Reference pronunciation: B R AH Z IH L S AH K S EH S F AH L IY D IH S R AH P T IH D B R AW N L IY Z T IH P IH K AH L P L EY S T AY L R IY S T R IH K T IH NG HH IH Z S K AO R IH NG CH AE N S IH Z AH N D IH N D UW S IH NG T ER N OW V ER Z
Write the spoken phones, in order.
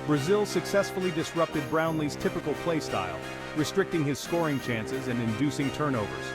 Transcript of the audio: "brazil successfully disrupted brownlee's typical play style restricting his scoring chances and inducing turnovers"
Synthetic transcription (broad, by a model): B R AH Z IH L S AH K S EH S F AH L IY D IH S R AH P T IH D B R AW N L IY Z T IH P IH K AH L P L EY S T AY L R IY S T R IH K T IH NG IH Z S K AO R IH NG CH AE N S IH Z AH N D IH N D UW S IH NG T ER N OW V ER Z